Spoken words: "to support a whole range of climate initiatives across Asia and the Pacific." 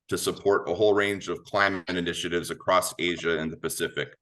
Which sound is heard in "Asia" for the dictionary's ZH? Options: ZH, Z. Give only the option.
ZH